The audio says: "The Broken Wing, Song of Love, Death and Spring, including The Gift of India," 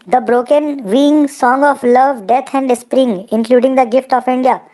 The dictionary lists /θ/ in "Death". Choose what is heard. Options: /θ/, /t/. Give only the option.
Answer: /t/